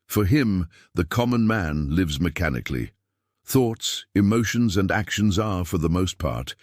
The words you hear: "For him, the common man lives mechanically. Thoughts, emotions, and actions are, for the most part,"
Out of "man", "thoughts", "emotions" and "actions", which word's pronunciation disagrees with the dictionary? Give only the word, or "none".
none